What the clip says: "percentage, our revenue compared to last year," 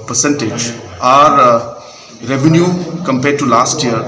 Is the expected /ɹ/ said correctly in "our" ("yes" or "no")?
yes